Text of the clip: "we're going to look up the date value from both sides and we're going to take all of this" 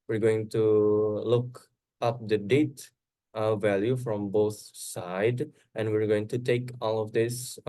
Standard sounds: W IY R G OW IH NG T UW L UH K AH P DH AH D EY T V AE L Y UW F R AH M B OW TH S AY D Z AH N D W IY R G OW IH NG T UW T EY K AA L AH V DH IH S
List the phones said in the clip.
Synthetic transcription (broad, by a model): W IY R G OW IH NG T UW L UH K AH P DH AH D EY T V AE L Y UW F R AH M B OW TH S AY D AH N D W IY R G OW IH NG T UW T EY K AA L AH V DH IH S